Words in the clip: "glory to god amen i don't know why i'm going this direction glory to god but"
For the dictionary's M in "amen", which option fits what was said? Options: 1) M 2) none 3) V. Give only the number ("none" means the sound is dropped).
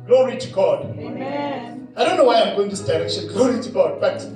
2